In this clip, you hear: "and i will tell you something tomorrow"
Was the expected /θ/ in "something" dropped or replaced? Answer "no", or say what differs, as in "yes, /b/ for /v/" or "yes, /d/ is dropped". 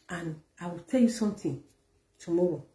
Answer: yes, /t/ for /θ/